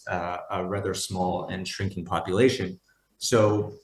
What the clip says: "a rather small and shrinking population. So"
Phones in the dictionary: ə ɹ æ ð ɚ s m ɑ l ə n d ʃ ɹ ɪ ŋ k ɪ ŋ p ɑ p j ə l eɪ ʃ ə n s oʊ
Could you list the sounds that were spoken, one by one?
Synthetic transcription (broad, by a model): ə ɹ æ ð ɚ s m ɑ l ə n ʃ ɹ ɪ ŋ k ɪ ŋ p ɑ p j ə l eɪ ʃ ə n s oʊ